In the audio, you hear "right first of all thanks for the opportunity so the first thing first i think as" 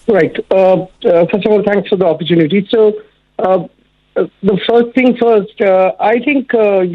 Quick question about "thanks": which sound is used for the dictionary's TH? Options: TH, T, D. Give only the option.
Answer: T